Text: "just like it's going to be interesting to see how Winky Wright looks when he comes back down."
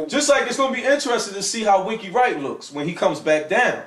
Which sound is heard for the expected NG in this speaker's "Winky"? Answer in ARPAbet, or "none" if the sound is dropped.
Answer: none